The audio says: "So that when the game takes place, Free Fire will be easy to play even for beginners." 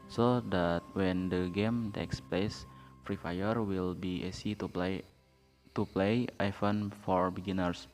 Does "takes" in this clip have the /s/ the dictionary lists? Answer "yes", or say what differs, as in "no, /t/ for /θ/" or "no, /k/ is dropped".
yes